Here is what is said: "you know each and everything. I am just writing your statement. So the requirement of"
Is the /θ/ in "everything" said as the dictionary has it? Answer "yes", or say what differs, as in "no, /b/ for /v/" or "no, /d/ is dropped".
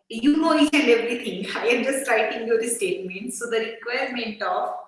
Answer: no, /t/ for /θ/